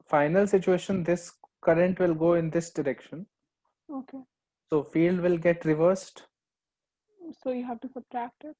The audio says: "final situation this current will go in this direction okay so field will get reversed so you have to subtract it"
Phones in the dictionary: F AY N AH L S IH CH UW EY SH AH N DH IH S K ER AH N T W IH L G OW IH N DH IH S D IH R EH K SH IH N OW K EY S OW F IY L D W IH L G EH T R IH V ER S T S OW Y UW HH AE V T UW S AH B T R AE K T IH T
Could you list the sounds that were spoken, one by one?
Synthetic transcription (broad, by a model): F AY N AH L S IH CH UW EY SH AH N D IH S K ER AH N T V IH L G OW IH N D IH S D IH R EH K SH IH N OW K EY S OW F IY L D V IH L G EH T R IH V ER S T S OW Y UW HH AE V T UW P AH T R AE K T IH T